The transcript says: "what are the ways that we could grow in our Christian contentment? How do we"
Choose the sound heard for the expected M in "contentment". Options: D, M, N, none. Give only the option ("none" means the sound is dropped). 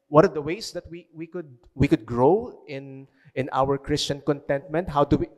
M